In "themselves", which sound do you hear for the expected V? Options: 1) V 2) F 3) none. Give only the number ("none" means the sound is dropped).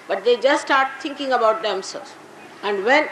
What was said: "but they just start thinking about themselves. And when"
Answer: 3